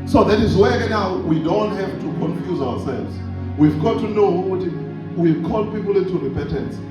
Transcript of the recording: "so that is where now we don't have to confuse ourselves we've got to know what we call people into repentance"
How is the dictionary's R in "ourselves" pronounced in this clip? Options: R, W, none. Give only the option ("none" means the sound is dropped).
W